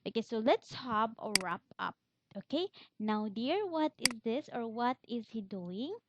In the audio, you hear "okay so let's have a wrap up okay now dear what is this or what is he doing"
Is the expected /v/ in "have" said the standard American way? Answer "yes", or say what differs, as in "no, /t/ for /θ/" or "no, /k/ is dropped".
no, /b/ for /v/